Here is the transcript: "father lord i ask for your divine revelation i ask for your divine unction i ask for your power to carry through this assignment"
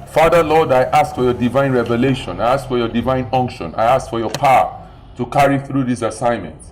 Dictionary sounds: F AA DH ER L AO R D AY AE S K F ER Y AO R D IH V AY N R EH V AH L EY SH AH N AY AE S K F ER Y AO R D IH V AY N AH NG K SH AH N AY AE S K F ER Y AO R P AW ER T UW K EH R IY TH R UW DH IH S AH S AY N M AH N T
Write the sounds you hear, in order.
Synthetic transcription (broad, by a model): F AA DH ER L AO D AY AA S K F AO Y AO D IH V AY N R EH V AH L EY SH AH N AY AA S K F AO Y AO D IH V AY N AH NG K SH AH N AY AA S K F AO Y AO P AW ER T UW K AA R IY TH R UW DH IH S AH S AY N M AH N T